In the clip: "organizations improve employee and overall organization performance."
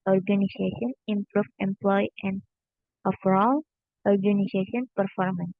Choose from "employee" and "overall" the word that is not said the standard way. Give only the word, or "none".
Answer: overall